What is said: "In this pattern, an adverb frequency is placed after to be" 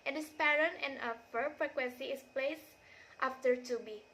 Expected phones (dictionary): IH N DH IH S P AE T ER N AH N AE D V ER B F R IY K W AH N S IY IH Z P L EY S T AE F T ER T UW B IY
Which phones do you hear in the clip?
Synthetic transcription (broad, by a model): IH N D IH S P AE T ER N AH N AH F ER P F R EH K W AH N S IY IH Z P L EY S T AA F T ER T UW B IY